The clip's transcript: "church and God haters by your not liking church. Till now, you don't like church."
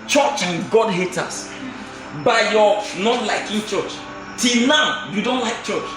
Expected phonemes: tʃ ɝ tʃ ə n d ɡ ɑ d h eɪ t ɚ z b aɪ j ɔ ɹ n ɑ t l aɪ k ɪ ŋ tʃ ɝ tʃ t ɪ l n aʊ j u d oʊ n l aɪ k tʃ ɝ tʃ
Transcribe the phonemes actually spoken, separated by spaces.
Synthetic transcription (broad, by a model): tʃ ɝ tʃ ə n ɡ ɑ d h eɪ t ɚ s b aɪ j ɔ n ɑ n l aɪ k ɪ ŋ tʃ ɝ tʃ t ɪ l n aʊ j u d oʊ n l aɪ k tʃ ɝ tʃ